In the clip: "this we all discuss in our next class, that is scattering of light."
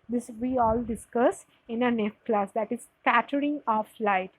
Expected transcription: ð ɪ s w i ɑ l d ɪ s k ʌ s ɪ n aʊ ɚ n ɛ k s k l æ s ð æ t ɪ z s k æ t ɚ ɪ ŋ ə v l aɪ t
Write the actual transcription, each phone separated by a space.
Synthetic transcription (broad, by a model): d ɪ s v i ɑ l d ɪ s k ʌ s ɪ n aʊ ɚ n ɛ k k l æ s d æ t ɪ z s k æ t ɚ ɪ ŋ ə f l aɪ t